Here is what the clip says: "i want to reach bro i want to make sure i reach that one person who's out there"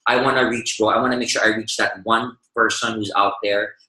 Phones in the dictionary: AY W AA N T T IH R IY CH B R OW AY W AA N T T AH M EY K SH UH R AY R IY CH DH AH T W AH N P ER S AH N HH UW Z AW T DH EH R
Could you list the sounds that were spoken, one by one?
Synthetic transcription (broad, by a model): AY W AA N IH R IY CH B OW AY W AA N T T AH M EY K SH UH R AY R IY CH DH AH T W AH N P ER S AH N HH UW Z AW T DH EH R